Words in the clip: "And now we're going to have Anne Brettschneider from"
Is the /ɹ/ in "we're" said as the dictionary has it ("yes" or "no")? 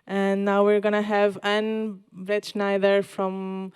yes